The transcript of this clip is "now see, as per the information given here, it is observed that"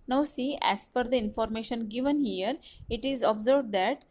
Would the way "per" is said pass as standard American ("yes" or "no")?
no